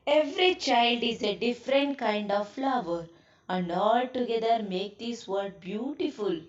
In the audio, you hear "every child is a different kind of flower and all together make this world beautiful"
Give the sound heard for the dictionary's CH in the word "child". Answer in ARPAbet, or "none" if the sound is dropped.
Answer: CH